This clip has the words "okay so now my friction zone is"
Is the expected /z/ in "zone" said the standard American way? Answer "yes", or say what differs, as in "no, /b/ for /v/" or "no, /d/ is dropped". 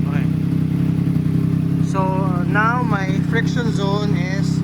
yes